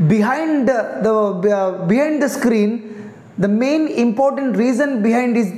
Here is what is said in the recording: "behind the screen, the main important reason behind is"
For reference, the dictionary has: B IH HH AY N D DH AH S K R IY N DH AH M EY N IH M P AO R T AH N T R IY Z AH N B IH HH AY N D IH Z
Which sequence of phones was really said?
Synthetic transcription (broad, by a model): B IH HH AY N D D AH S K R IY N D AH M EY N IH M P AO R T AH N T R IY Z AH N B IH HH AY N D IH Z